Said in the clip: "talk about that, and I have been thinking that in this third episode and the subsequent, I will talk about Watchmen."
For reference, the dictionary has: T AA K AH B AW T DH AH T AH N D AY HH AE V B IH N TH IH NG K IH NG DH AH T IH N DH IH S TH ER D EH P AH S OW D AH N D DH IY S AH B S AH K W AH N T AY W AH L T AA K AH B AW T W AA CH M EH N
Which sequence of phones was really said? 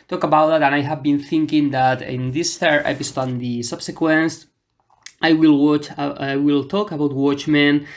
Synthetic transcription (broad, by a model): T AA K AH B AW T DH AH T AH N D AY HH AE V B IH N TH IH NG K IH NG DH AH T IH N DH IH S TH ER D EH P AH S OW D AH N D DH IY S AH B S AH K W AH N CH AY W AH L T AA K AH B AW T W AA CH M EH N